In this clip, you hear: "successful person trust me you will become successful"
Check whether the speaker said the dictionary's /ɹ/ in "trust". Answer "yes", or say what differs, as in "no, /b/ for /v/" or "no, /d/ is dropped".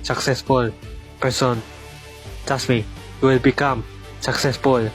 no, /ɹ/ is dropped